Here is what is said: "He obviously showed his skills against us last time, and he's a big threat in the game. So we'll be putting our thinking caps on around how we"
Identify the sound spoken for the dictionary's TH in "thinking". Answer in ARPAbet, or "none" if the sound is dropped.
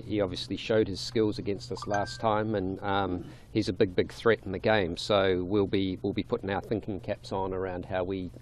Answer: TH